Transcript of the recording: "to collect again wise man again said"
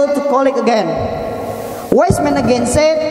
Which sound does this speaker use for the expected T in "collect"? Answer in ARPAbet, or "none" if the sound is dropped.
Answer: none